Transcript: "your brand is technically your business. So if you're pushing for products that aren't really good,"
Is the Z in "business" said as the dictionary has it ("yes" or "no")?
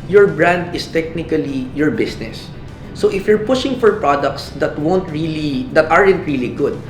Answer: no